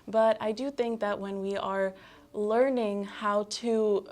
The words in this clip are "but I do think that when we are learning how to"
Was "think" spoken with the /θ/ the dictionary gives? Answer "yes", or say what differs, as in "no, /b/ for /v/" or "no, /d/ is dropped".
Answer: yes